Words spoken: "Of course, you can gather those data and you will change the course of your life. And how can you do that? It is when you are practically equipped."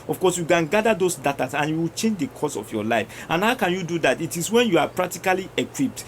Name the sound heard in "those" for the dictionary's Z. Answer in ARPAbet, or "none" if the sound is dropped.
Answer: S